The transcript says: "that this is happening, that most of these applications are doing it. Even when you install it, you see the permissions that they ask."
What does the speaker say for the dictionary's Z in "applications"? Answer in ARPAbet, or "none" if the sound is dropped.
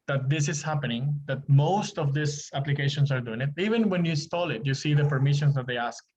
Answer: S